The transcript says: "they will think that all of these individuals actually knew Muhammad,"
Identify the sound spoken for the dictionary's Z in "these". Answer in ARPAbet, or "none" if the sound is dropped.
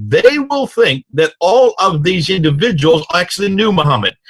Z